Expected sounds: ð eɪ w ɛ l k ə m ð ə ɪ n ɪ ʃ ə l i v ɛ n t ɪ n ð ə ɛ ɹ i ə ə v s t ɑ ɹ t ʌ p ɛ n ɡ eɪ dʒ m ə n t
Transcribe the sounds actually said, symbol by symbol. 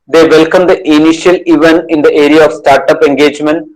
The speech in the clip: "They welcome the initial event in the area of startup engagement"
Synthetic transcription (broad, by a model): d eɪ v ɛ l k ə m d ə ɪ n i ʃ ə l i v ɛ n ɪ n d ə ɛ ɹ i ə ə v s t ɑ ɹ t ʌ p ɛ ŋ ɡ eɪ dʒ m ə n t